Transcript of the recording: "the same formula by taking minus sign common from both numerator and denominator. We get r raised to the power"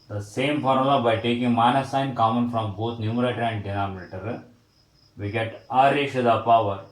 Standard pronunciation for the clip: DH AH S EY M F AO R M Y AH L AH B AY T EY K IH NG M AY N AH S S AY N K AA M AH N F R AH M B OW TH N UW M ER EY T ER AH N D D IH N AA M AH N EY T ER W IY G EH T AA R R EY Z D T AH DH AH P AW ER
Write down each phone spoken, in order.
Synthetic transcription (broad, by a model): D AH S EY M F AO R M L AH B AY T EY K IH NG M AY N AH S S AY N K AA M AH N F R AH M B OW T N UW M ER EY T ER AH N D D IH N AA M AH N EY T ER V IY G EH T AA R R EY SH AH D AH P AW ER